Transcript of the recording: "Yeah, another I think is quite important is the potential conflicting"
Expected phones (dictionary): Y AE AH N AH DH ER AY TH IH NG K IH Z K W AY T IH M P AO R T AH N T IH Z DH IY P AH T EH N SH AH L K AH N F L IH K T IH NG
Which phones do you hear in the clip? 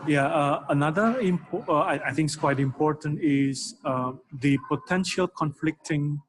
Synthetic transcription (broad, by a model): Y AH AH N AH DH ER AY T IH NG K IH S K W AY T IH M P AO R T AH N T IH Z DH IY P AH T EH N SH AH L K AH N F L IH K T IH NG